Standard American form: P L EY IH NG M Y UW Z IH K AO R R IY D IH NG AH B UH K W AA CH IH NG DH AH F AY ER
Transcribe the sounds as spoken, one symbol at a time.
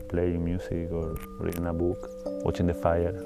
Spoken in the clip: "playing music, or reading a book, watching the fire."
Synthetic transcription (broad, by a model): P L EY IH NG M Y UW S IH K AO R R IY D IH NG AH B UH K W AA CH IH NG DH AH F AY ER